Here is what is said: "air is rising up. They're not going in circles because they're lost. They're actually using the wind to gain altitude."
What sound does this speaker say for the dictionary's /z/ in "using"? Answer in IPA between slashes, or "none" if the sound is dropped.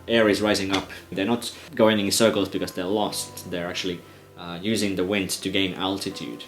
/z/